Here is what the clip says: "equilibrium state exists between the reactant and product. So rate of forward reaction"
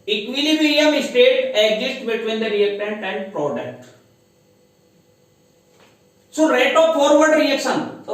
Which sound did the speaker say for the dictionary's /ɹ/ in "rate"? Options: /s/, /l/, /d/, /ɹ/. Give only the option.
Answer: /ɹ/